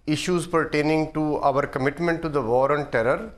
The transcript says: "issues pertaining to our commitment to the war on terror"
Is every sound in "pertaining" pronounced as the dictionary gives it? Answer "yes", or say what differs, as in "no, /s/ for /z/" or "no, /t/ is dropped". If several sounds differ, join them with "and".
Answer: yes